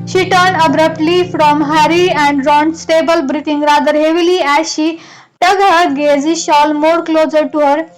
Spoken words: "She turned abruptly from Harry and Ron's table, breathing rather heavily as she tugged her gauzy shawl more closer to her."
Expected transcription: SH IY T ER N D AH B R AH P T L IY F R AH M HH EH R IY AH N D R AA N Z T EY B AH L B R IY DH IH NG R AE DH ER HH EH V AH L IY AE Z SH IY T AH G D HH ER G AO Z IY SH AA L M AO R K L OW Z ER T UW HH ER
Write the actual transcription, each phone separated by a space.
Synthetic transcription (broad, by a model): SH IY T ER N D AH B R AH P T L IY F R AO M HH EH R IY AH N D R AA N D T EY B AH L B R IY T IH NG R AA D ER HH EH V AH L IY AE SH IY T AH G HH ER G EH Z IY SH AA L M AO R K L OW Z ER T UW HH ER